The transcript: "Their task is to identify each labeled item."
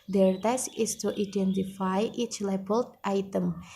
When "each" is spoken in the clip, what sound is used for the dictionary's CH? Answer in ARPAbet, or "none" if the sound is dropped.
CH